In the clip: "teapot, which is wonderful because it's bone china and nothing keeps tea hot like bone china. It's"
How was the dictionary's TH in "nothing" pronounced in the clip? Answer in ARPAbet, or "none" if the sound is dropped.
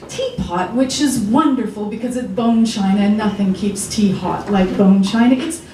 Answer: TH